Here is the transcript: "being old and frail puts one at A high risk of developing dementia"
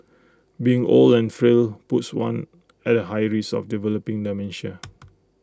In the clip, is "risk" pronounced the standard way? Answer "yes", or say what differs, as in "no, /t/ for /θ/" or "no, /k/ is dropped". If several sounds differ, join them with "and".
no, /k/ is dropped